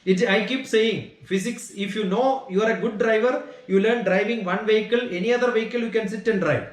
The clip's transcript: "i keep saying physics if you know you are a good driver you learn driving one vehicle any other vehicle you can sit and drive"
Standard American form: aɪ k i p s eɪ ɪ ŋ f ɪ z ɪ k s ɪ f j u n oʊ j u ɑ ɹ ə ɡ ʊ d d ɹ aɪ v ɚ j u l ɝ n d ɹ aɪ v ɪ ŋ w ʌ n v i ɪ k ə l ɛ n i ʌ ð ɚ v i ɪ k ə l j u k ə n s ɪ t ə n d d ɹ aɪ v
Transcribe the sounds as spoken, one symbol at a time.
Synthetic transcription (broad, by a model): aɪ k i p s eɪ ɪ ŋ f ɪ s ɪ k s ɪ f j u n oʊ j u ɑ ɹ ə ɡ ʊ d d ɹ aɪ v ɚ j u l ɝ n d ɹ aɪ v ɪ ŋ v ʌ n v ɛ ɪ k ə l ɛ n i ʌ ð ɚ v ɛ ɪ k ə l j u k ə n s ɪ t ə n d d ɹ aɪ v